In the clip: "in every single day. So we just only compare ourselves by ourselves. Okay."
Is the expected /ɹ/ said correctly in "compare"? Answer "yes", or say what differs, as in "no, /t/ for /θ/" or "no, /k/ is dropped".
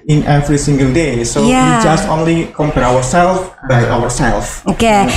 no, /w/ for /ɹ/